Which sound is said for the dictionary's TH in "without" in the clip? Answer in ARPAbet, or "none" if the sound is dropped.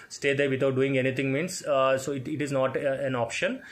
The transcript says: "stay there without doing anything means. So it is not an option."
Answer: T